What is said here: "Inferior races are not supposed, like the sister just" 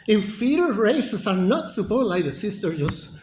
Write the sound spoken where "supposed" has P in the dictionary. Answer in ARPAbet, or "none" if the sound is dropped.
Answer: B